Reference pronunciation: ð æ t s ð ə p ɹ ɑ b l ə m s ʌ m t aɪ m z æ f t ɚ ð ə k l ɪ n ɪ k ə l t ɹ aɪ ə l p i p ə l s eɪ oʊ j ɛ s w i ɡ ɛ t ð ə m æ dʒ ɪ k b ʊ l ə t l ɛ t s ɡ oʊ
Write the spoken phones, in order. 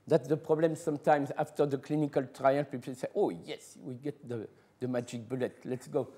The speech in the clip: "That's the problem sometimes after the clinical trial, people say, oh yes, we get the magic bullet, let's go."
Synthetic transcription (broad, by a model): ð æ t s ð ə p ɹ ɑ b l ə m s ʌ m t aɪ m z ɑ f t ɚ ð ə k l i n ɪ k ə l t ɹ aɪ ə n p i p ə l s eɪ oʊ j ɛ s w i ɡ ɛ t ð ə m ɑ dʒ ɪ k b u l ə t l ɛ t s ɡ oʊ